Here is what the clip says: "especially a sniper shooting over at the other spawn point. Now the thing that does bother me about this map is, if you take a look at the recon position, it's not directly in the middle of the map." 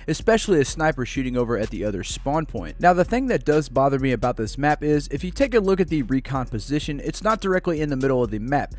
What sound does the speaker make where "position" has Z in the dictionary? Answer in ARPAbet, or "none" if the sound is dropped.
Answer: Z